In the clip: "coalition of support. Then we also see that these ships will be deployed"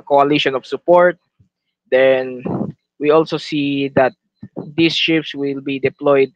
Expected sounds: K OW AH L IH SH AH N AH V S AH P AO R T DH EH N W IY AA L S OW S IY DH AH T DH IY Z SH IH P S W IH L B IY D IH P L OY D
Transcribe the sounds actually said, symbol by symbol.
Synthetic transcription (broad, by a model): K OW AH L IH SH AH N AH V S AH P AO R T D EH N W IY AA L S OW S IY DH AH T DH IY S SH IH P S W IH L B IY D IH P L OY D